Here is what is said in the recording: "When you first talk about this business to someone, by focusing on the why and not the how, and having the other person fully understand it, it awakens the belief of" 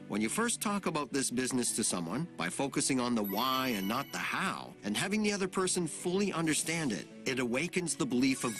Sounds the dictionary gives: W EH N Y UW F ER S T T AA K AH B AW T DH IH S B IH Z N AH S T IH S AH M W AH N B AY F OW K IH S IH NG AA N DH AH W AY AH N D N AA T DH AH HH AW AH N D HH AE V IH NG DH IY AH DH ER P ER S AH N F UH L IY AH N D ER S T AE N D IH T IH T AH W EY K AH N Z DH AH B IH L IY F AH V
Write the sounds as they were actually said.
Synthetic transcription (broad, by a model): W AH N Y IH F ER S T T AA K AH B AW T DH IH S B IH Z N AH S T IH S AH M W AH N B AY F OW K IH S IH NG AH N DH AH W AY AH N N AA T DH AH HH AW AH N HH AE V IH NG DH IY AH DH ER P ER S AH N F UH L IY AH N D ER S T AE N D IH T IH T AH W EY K AH N Z DH AH B IH L IY F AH V